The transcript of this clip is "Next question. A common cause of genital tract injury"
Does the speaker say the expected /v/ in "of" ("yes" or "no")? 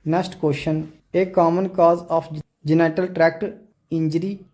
no